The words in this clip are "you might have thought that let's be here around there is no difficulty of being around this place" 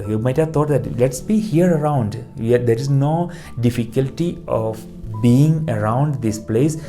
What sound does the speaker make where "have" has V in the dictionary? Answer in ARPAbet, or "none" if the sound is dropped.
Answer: V